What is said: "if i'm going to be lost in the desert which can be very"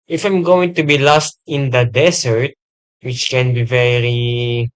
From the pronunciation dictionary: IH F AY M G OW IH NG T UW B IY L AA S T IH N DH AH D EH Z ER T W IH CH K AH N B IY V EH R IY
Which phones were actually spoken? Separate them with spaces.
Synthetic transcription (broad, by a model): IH F AY M G OW IH NG T UW B IY L AA S T IH N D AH D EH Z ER T W IH CH K AH N B IY V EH R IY